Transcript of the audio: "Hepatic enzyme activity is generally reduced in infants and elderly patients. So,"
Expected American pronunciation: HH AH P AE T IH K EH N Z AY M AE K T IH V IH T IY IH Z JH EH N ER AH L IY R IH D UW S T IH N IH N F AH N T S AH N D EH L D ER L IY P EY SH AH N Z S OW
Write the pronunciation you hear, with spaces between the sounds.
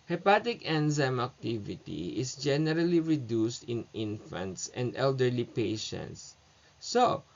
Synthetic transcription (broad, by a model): HH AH P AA T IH K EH N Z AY M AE K T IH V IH T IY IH S JH EH N ER AH L IY R IH D UW S T IH N IH N F AH N T S AH N D EH L D ER L IY P EY SH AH N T S OW